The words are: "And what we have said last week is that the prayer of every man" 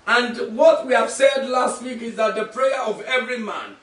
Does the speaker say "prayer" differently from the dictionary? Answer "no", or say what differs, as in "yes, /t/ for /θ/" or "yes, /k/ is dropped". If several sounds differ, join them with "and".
no